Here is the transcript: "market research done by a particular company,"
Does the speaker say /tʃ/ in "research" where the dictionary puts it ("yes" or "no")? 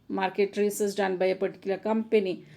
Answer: no